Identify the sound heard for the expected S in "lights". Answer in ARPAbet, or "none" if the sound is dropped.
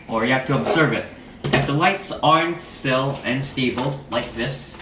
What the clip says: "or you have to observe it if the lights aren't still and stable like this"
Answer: S